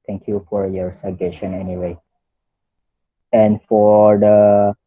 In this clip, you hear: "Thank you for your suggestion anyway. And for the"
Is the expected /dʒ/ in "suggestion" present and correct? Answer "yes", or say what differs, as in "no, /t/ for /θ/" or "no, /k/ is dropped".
no, /dʒ/ is dropped